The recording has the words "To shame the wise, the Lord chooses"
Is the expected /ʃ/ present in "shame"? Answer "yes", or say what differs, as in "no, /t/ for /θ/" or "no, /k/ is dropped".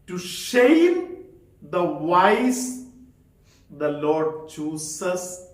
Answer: yes